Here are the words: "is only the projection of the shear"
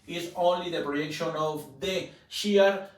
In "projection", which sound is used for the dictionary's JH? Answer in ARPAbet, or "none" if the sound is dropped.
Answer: none